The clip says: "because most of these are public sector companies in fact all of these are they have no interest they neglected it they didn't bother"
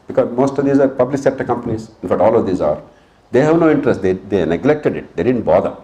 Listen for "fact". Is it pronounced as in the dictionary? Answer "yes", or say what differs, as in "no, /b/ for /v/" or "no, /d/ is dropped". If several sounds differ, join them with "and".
no, /k/ is dropped